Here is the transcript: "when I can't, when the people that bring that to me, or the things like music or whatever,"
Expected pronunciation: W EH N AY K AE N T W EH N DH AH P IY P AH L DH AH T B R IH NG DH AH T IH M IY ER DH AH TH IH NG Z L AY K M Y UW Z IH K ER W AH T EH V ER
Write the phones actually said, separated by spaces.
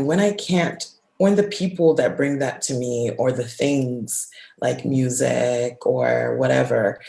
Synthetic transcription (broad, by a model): W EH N AY K AE N T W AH N DH AH P IY P L DH AH T B R IH NG DH AH T IH M IY ER DH AH TH IH NG Z L AY K M Y UW Z IH K ER W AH T EH V ER